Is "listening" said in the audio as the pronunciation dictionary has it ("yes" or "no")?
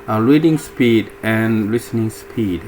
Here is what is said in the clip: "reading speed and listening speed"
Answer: yes